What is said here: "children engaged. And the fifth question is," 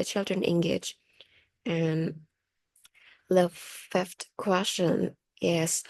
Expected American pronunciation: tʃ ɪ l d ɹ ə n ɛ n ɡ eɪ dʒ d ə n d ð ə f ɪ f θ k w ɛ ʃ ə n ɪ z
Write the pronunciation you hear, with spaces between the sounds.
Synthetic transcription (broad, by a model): tʃ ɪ l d ɹ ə n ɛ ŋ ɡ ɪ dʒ ə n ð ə f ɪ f t k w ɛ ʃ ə n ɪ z